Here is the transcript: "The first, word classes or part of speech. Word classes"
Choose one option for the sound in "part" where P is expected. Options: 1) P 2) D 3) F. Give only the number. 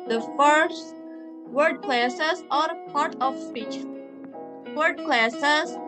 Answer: 1